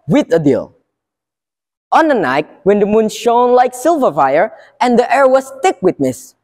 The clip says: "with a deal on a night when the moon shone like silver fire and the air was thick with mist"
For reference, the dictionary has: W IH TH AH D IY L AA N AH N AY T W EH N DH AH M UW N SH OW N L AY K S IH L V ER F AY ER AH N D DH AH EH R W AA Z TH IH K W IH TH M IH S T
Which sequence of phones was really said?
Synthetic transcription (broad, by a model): W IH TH AH D IY L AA N AH N AY T W EH N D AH M UW N SH OW N L AY K S IH L V ER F AY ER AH N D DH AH EH R W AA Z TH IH K W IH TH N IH S